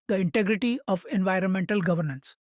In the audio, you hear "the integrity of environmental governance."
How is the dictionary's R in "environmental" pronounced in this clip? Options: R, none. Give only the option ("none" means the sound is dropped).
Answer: R